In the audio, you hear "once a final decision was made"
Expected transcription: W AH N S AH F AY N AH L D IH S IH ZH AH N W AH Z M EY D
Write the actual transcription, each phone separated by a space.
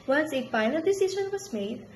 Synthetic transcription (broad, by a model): W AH N S AH P AY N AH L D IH S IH SH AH N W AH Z M EY D